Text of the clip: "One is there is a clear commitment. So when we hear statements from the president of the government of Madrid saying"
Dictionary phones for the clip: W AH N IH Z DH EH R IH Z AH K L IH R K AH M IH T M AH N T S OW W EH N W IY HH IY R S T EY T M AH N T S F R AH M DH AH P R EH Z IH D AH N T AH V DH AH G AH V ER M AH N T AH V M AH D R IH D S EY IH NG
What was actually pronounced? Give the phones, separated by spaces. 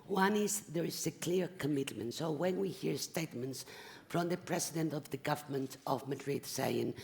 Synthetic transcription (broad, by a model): W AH N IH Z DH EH R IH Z AH K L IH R K AH M IH T M AH N T S OW W EH N W IY HH IY R S T EY T M AH N T S F R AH M DH AH P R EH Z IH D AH N T AH V DH AH G AH V ER M AH N T AH V M AH D R IH D S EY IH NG